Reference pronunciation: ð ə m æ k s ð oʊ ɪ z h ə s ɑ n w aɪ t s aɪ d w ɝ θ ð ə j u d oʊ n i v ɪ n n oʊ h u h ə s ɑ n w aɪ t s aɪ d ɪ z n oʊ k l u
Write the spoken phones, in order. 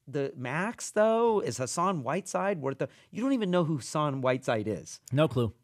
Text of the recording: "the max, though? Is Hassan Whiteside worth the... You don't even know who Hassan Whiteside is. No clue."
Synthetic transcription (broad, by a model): ð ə m æ k s ð oʊ ɪ z h ə s ɑ n w aɪ t s aɪ d w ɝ t ð ə j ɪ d oʊ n i v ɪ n n oʊ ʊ h ə s ɑ n w aɪ t s aɪ d ɪ z n oʊ k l u